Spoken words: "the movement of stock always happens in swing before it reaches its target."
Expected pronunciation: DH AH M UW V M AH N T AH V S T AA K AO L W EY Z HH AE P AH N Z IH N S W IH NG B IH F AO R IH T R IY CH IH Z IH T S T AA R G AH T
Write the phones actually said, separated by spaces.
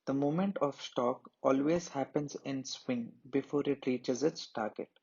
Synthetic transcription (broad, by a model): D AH M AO M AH N T AH V S T AA K AO L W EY Z HH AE P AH N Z IH N S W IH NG B IH F AO R IH T R IY CH IH Z IH T S T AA R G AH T